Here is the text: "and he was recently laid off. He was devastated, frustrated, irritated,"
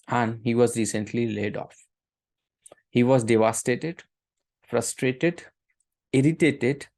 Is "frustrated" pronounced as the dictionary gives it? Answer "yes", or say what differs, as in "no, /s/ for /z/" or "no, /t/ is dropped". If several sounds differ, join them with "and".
yes